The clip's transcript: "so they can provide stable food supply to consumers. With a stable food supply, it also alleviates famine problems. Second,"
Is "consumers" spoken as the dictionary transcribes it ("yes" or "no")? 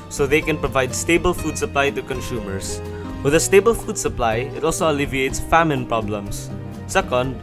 no